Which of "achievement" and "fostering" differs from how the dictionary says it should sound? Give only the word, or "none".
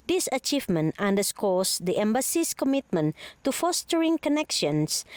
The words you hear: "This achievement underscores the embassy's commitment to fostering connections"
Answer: none